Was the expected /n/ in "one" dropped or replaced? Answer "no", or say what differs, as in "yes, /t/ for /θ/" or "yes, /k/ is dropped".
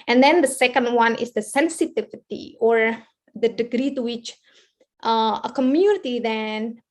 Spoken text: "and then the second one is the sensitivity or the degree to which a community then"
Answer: no